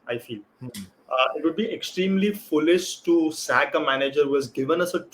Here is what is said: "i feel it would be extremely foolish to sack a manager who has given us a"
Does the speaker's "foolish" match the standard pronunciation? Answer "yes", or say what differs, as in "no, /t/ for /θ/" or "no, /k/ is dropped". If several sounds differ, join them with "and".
no, /s/ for /ʃ/